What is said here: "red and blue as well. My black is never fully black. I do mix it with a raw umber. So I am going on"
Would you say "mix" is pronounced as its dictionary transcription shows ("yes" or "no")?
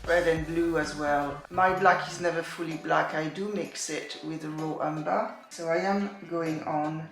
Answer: yes